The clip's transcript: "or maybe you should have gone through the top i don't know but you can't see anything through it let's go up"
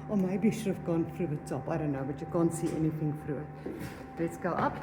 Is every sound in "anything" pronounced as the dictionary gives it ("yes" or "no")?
yes